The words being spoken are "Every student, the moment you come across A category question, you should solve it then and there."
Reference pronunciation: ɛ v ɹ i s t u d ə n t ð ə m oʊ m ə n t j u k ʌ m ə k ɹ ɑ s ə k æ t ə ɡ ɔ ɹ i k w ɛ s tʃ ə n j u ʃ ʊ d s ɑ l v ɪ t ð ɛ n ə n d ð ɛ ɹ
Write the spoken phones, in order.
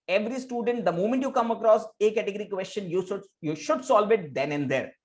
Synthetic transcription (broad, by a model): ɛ v ɹ i s t u d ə n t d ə m oʊ m ə n t j u k ʌ m ə k ɹ ɑ s ə k æ t ə ɡ ɔ ɹ i k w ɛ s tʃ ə n j u ʃ ʊ d s ɑ l v ɪ t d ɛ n ə n d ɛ ɹ